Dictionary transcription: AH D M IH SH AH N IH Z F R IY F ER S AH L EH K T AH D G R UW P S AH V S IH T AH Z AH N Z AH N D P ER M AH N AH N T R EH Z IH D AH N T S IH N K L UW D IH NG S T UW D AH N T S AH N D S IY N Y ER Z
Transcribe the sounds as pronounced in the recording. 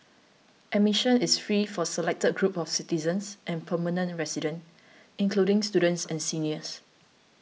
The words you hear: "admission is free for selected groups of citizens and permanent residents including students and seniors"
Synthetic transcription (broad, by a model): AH M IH SH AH N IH S F R IY F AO S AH L EH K T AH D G R UW P AH F S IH T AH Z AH N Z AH N P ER M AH N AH N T R EH S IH D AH N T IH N K L UW D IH NG S T UW D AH N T S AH N S IY N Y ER S